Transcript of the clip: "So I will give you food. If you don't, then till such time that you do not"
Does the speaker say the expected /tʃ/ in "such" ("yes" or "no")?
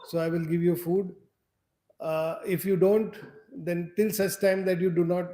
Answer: no